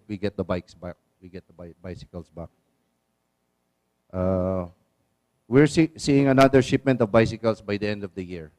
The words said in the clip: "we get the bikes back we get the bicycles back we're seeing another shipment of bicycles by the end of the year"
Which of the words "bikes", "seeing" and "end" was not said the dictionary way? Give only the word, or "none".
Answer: none